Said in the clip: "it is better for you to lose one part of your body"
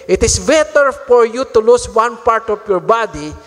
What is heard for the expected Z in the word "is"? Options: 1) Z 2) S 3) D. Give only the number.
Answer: 2